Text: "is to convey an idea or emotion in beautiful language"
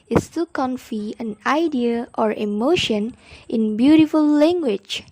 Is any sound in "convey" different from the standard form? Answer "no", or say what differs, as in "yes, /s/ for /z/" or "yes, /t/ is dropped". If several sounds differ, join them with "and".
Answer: yes, /f/ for /v/